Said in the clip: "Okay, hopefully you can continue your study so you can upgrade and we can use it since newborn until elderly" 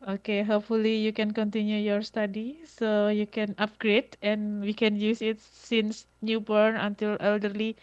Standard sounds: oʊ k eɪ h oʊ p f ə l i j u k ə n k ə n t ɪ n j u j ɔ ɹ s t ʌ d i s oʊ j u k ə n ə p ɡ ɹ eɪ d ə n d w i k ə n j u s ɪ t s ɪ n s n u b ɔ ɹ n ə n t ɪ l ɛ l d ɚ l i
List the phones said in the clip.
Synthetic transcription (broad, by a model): oʊ k eɪ h oʊ p f ə l i j u k ə n k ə n t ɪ n j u j ɔ ɹ s t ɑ d i s oʊ j u k ə n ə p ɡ ɹ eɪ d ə n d w i k ə n j u s ɪ t s ɪ n s n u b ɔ ɹ n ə n t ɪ l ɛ l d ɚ l i